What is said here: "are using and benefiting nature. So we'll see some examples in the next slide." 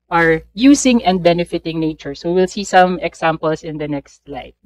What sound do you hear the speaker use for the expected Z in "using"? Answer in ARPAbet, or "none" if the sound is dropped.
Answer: S